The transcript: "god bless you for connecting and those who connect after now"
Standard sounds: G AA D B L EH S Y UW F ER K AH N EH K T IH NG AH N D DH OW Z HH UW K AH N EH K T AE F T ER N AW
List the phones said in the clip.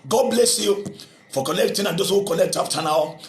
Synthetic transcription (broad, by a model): G AA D B L EH S Y UW F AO K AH L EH K T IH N AH N D OW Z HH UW K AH L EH K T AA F T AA N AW